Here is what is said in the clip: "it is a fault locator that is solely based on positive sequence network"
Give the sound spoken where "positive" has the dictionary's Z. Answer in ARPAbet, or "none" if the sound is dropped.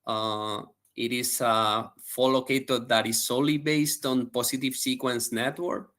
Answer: S